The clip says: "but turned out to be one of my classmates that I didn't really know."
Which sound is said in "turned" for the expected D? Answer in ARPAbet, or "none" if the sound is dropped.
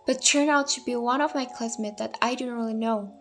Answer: none